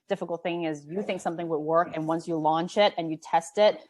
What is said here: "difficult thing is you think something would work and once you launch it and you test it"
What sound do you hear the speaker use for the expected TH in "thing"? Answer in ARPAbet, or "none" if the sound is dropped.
TH